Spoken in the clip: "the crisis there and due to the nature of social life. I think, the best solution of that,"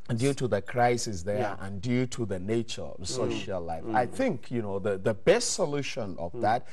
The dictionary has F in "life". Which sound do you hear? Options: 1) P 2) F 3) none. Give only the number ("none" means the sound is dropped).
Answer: 2